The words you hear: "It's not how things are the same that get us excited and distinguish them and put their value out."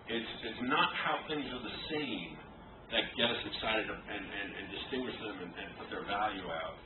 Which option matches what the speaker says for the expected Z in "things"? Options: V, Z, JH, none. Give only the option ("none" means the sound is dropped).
Z